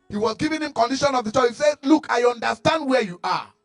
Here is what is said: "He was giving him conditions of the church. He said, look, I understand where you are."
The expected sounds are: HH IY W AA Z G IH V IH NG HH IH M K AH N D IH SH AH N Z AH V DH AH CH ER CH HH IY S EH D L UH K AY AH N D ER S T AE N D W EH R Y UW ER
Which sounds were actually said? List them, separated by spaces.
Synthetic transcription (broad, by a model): HH IY W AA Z G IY V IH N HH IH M K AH N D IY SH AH N AH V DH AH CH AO HH IY S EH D L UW K AY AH N D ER S T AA N D W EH Y UW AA